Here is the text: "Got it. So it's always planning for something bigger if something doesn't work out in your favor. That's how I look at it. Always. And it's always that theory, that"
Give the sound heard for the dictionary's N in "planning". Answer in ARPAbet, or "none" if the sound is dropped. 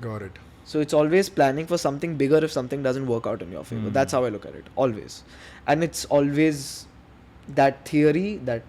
N